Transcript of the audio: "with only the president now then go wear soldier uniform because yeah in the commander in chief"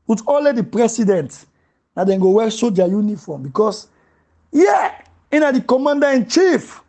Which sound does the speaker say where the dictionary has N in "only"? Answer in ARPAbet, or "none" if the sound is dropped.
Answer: none